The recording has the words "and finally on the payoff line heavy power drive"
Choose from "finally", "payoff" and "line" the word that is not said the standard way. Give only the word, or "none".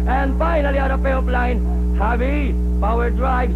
payoff